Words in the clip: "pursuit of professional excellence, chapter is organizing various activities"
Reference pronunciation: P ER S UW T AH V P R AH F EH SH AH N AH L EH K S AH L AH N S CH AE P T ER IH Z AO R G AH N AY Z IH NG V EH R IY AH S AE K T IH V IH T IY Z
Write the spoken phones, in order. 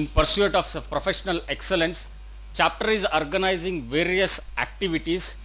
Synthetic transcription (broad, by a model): P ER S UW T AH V P R AH F EH SH AH N AH L EH K S AH L AH N S CH AE P T ER IH Z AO R G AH N AY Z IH NG V EH R IY AH S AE K T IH V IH T IY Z